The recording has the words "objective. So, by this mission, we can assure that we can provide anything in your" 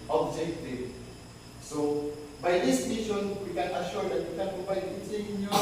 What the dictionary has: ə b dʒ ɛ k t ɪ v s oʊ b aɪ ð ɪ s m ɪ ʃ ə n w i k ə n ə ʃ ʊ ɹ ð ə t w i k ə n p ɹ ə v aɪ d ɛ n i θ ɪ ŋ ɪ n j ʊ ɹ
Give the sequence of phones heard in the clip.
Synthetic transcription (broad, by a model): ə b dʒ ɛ k t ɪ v s oʊ b aɪ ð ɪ s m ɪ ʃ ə n w i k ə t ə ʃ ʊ ɹ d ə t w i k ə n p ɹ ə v aɪ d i i s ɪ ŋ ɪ